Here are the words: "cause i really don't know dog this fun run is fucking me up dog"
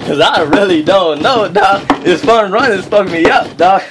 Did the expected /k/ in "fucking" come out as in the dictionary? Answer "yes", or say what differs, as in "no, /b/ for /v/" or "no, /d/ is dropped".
no, /k/ is dropped